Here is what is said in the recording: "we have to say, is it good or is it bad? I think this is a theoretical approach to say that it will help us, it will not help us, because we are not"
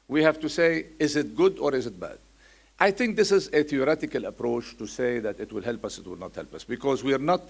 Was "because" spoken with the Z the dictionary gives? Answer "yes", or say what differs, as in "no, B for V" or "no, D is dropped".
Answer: yes